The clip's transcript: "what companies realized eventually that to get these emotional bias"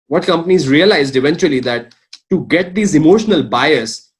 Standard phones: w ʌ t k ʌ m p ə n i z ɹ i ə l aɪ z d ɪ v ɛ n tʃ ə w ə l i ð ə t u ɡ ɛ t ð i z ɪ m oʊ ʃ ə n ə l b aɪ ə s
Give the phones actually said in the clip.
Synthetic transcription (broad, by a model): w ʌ t k ʌ m p ə n i z ɹ i ə l aɪ z d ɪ v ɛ n tʃ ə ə l i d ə t u ɡ ɛ t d i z ɪ m oʊ ʃ ə n ə l b aɪ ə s